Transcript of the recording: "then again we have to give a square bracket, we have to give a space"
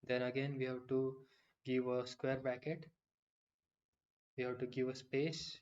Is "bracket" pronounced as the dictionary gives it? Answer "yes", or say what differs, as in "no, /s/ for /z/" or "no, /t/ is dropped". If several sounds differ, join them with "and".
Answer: no, /ɹ/ is dropped